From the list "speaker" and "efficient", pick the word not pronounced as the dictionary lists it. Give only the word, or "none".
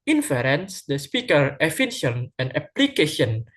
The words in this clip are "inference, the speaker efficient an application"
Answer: efficient